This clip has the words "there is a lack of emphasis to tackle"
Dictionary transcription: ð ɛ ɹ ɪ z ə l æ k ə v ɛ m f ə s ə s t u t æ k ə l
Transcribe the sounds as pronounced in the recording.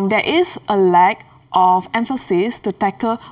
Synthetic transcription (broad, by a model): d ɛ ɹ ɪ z ə l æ k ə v ɛ m f ə s ə s t u t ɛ k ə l